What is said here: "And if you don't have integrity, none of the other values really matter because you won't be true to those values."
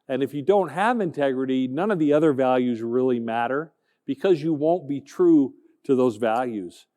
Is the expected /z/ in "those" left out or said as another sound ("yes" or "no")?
no